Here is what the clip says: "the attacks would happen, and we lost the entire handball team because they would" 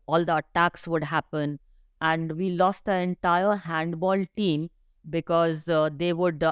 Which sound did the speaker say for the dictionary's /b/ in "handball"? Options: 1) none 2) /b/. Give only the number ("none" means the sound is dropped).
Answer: 2